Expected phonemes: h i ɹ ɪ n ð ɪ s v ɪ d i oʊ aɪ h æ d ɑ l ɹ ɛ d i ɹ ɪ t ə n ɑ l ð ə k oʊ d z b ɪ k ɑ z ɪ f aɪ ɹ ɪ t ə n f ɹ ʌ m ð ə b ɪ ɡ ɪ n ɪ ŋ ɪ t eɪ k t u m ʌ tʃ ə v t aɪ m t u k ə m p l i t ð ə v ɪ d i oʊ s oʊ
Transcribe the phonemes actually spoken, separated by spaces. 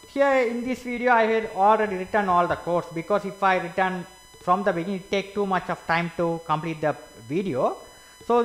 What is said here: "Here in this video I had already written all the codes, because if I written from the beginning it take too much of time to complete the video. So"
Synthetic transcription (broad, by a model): h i ɹ ɪ n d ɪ s v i d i oʊ aɪ h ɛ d ɑ l ɹ ɛ d i ɹ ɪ t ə n ɑ l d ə k oʊ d s b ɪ k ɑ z ɪ f aɪ ɹ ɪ t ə n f ɹ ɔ m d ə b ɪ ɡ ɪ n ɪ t t eɪ k t u m ʌ tʃ ə v t aɪ m t u k ə m p l i t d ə v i d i oʊ s oʊ